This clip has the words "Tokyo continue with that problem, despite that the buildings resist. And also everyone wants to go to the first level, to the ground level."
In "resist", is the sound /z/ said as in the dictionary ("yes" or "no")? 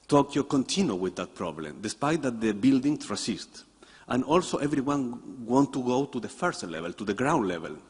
no